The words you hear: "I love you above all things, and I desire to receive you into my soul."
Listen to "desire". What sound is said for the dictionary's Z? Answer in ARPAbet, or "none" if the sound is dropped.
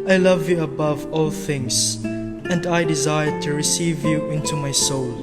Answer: Z